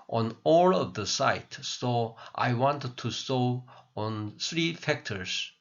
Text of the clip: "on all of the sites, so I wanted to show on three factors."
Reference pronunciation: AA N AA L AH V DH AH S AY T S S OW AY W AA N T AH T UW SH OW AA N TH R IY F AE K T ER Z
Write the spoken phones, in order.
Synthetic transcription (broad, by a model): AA N AA L AH V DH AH S AY T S S OW AY W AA N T T UW S OW AA N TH R IY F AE K T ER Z